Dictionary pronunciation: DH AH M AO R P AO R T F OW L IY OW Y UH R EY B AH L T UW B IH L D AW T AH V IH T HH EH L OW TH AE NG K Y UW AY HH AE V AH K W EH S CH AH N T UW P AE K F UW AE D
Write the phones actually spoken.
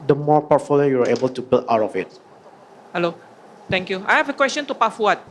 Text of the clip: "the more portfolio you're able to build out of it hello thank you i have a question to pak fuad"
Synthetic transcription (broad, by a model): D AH M AO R P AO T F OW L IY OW Y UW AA EY B AH L T UW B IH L AW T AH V IH T HH EH L OW T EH NG K Y UW AY HH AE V AH K W EH S CH AH N T UW P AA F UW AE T